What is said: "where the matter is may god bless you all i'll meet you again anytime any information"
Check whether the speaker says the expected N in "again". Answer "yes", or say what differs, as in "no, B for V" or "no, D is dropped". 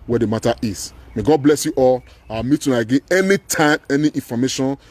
no, N is dropped